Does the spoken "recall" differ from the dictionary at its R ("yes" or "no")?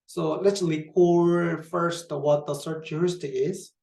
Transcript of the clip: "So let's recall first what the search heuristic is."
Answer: yes